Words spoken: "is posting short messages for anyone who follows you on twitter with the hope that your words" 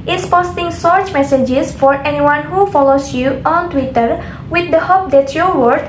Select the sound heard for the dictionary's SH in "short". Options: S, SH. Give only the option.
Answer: S